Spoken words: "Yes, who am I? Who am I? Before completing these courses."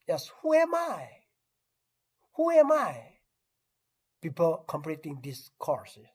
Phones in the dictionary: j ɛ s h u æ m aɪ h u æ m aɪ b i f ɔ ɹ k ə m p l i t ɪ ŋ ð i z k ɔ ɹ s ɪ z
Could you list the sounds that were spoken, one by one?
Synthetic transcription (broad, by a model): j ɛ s h u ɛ m aɪ h u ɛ m aɪ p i p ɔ l k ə m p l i t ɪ ŋ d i s k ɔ ɹ s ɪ